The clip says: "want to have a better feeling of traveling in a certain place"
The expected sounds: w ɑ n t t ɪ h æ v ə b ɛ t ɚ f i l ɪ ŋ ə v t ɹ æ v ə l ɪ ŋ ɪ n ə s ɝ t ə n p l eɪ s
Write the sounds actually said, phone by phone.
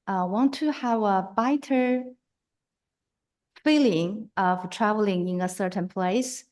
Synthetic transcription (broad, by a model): w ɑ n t t ɪ h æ v ə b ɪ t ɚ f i l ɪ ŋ ə v t ɹ æ v ə l ɪ ŋ ɪ n ə s ɝ t ə n p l eɪ s